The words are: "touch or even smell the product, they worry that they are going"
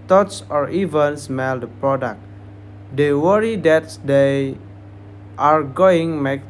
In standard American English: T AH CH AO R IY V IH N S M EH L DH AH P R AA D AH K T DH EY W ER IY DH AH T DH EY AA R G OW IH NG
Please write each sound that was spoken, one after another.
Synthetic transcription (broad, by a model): T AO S AO R IY V IH N S M EH L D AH P R AA D AH K T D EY W ER IY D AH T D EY AA R G OW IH NG